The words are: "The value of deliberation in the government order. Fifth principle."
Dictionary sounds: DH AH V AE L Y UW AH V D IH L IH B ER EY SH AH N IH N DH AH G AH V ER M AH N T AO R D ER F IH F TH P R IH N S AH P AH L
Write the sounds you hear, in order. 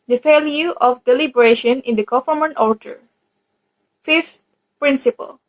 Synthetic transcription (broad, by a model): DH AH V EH L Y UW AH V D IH L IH B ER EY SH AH N IH N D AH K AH F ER M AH N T AO R D ER F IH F T P R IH N S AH P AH L